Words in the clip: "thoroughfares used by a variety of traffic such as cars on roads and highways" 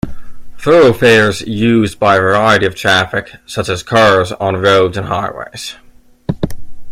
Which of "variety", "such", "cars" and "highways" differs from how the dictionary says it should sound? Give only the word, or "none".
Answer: none